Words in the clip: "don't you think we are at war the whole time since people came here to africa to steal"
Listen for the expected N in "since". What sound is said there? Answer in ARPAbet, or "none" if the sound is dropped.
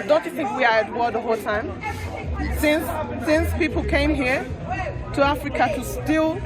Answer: N